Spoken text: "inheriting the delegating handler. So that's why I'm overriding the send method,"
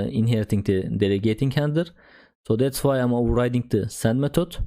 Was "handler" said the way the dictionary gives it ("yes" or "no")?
no